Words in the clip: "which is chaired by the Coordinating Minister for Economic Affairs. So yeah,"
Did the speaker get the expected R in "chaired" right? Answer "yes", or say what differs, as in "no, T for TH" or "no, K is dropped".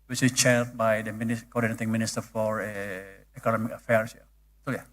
no, L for R